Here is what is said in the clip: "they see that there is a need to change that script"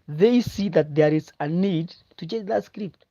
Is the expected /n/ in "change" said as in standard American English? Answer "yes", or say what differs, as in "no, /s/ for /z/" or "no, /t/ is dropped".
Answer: no, /n/ is dropped